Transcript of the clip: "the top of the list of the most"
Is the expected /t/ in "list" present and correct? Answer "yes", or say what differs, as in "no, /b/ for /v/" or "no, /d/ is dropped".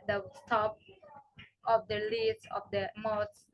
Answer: no, /t/ is dropped